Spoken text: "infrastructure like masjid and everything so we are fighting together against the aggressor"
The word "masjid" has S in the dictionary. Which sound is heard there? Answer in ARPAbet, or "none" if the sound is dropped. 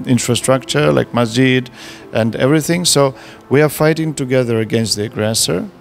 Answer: none